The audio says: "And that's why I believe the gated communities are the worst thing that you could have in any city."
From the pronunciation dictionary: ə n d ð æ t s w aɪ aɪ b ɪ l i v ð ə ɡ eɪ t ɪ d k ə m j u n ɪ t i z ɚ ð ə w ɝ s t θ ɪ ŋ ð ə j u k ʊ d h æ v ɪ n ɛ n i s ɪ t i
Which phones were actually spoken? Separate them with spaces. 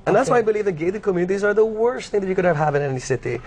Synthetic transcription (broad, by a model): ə n ð æ t s w aɪ aɪ b ɪ l i v ð ə ɡ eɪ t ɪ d k ə m j u n ɪ t i z ɚ ð ə w ɝ s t θ ɪ ŋ ð ə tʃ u k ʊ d h æ v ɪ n ɛ n i s ɪ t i